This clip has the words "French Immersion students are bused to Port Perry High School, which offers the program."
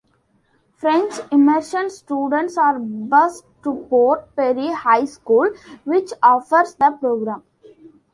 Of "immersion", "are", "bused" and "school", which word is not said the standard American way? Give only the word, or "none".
immersion